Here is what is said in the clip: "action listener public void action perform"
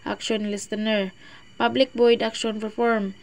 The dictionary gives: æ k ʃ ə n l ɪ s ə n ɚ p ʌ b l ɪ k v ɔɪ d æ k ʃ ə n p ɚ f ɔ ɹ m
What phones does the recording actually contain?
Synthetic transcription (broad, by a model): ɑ k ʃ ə n l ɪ s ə n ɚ p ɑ b l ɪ k b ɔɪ d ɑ k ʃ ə n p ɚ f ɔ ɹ m